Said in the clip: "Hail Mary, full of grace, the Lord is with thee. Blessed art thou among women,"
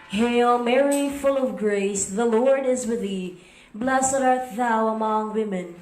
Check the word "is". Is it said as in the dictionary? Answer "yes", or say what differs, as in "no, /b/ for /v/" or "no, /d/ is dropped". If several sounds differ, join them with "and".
yes